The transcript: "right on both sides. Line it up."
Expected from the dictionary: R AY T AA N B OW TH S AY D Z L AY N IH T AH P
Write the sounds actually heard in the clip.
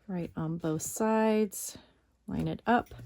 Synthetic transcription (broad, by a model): R AY T N B OW TH S AY D Z L AY N IH T AH P